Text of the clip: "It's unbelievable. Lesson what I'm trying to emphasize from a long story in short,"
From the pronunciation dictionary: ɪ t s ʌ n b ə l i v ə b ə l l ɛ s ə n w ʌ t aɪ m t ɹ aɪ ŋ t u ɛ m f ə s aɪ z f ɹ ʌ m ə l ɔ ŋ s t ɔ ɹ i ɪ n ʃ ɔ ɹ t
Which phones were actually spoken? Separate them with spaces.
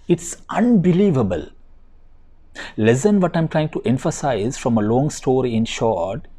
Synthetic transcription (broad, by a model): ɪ t s ʌ n b ə l i v ə b ə l l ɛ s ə n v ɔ t aɪ m t ɹ aɪ ŋ t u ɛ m f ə s aɪ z f ɹ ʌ m ə l ɔ ŋ s t ɔ ɹ i ɪ n ʃ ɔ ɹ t